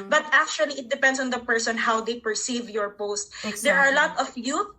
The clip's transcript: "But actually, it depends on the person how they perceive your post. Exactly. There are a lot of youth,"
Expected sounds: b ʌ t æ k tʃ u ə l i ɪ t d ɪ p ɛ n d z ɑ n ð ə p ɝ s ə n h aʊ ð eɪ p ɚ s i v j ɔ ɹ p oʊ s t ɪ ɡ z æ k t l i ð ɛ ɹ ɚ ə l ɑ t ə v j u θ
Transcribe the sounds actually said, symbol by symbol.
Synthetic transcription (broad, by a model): b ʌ t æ k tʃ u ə l i ɪ t d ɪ p ɛ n d s ɑ n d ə p ɝ s ə n h aʊ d eɪ p ɚ s i v j ɔ ɹ p oʊ s t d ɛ ɹ ə l ɑ t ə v j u